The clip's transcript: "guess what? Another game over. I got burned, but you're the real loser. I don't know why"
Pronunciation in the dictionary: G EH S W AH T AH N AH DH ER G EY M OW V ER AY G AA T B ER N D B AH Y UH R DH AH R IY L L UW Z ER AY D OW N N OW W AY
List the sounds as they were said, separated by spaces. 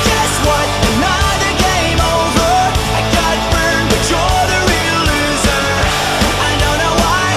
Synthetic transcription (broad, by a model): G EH S W AH T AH N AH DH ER G EY M OW V ER AY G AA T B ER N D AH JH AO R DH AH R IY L L UW Z ER AY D OW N N OW W AY